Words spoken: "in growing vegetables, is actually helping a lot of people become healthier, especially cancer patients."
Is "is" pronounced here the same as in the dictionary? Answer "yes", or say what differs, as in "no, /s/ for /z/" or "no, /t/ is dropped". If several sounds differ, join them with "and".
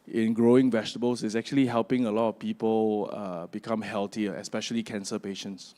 no, /s/ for /z/